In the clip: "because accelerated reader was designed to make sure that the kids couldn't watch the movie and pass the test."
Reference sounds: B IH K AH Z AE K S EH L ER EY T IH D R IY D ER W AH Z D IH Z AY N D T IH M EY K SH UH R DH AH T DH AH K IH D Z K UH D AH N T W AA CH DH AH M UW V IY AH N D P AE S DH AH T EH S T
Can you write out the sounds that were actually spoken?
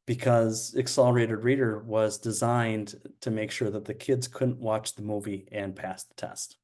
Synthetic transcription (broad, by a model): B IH K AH Z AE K S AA L ER EY T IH D R IY D ER W AH Z D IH Z AY N T IH M EY K SH UH R DH AH T DH AH K IH D Z K UH D N T W AA CH DH AH M UW V IY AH N P AE S DH AH T EH S T